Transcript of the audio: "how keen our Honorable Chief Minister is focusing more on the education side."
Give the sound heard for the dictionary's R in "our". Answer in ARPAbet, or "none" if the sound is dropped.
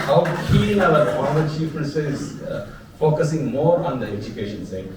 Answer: L